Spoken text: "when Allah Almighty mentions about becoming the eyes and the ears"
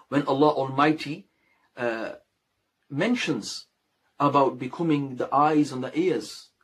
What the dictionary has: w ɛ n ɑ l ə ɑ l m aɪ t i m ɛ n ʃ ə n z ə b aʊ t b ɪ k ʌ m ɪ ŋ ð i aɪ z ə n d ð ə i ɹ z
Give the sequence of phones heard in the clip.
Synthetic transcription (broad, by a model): w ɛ n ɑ l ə ɑ l m aɪ t i m ɛ n ʃ ə n z ə b aʊ t b ɪ k ʌ m ɪ ŋ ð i aɪ z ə n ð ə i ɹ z